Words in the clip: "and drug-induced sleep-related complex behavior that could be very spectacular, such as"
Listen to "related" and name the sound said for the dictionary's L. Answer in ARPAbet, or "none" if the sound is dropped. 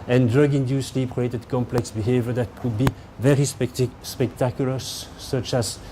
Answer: none